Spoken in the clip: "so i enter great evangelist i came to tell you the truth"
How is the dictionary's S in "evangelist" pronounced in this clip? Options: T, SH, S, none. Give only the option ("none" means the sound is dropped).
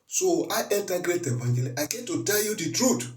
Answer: none